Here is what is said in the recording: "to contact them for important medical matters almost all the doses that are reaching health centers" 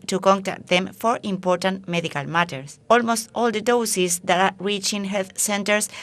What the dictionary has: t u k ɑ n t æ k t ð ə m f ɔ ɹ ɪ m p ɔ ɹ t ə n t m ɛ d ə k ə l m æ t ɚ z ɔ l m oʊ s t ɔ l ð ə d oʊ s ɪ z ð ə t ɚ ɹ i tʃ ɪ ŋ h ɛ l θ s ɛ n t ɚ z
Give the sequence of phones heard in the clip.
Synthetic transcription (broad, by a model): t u k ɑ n t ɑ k t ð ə m f ɔ ɹ ɪ m p ɔ ɹ t ə n t m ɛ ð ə k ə l m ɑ t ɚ s ɔ l m oʊ s t ɔ l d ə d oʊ s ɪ s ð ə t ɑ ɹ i tʃ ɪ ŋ h ɛ l θ s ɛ n t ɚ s